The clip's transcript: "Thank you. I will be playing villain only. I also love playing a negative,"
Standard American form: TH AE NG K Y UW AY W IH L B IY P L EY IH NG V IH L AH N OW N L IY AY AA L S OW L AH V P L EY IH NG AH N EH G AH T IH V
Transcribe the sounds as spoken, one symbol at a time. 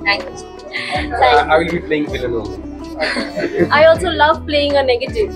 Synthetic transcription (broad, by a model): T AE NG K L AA AY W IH L B IY P L EY IH NG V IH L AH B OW L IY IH AA L S OW L AH V P L EY IH NG AH N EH G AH T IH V